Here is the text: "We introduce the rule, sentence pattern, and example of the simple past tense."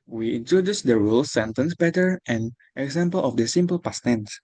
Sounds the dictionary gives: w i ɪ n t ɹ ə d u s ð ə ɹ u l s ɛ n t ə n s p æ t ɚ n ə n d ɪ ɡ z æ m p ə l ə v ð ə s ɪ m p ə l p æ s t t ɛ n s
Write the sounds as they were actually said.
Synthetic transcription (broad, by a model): w i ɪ n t ɹ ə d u s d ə ɹ u l s ɛ n t ə n s b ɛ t ɚ ə n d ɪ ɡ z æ m p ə l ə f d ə s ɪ m p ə l p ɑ s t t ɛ n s